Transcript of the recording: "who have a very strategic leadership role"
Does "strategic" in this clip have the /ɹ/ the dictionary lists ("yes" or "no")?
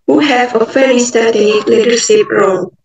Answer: no